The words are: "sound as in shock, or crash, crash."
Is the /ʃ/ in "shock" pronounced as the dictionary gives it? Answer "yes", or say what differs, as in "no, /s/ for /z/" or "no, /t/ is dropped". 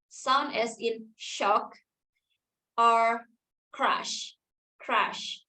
yes